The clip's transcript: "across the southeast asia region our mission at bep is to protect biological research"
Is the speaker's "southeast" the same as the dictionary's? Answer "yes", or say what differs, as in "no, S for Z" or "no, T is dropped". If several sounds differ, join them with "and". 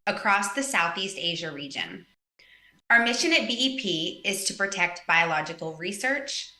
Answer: yes